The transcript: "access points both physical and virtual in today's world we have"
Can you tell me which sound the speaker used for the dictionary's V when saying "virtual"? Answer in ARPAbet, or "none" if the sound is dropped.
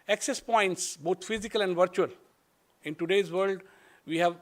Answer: V